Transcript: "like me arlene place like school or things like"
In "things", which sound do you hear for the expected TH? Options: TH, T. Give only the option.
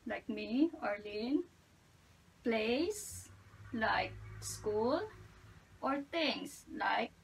T